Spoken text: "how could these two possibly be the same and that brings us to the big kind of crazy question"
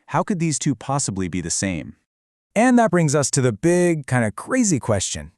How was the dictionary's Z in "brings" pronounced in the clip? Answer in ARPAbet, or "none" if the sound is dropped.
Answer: Z